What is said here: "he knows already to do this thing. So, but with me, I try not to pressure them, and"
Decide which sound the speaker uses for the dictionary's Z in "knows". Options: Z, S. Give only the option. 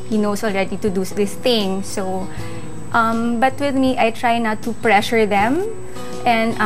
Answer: S